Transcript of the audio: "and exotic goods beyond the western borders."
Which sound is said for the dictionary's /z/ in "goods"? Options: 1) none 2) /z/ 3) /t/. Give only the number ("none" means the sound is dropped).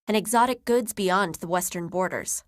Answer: 2